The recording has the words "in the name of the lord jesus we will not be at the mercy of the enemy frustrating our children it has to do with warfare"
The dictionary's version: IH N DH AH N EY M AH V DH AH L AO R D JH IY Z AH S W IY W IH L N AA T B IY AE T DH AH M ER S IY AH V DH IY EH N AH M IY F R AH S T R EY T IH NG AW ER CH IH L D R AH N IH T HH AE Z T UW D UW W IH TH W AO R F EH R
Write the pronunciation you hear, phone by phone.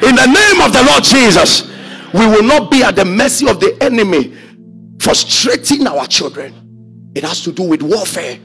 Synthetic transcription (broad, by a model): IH N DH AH N EY M AH V DH AH L AO D JH IY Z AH S W IY W IH L N AA T B IY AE T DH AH M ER S IY AH V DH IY EH N AH M IY F R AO S T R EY T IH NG AW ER CH IH L D R AH N IH T HH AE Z T UW D UW W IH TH W AO F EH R